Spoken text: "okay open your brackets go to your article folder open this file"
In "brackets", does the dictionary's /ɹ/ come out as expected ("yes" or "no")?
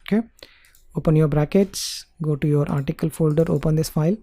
yes